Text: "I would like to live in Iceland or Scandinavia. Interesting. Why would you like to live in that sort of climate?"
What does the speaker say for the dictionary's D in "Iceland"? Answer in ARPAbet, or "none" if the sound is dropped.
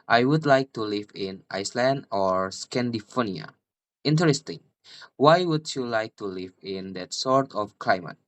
D